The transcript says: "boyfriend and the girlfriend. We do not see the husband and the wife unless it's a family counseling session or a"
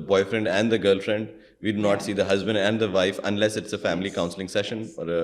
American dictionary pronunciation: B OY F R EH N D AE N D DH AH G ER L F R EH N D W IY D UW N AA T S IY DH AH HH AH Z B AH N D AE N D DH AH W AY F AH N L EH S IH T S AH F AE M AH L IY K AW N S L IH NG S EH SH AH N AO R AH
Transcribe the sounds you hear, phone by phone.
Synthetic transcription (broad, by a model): B OY F R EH N D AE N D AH G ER L F R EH N D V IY D UW N AA T S IY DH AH HH AH Z B AH N D AE N D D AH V AY F AH N L EH S IH T S AH F AE M AH L IY K AW N S L IH NG S EH SH AH N AO R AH